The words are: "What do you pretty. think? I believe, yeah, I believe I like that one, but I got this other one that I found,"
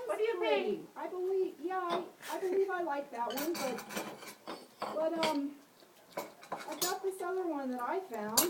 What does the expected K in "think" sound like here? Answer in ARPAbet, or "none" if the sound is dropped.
none